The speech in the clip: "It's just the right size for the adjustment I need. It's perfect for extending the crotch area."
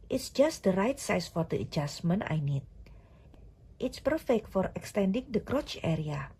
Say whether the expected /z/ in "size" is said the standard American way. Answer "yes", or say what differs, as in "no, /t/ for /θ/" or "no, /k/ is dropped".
no, /s/ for /z/